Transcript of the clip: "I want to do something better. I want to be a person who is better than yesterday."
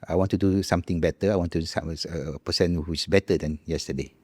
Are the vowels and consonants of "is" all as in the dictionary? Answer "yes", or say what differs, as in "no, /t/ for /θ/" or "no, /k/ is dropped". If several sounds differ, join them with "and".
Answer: no, /s/ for /z/